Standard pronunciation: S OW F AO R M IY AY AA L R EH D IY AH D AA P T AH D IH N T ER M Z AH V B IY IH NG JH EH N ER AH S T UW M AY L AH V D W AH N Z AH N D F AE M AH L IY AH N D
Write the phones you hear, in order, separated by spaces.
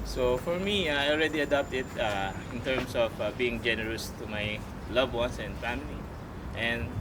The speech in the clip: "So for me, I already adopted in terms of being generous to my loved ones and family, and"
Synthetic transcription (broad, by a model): S OW F AO R M IY AY AA L R EH D IY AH D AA P T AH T IH N T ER M S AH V B IY IH NG JH EH N ER AH S T UW M AY L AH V W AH N S AH N D F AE M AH L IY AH N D